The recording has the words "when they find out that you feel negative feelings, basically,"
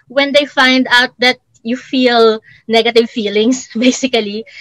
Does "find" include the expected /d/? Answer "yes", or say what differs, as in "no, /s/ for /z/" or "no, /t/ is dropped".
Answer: yes